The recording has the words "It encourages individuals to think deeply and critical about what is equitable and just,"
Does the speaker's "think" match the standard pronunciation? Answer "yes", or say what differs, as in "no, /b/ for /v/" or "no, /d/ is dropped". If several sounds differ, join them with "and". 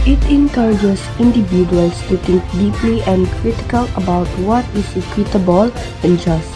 no, /t/ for /θ/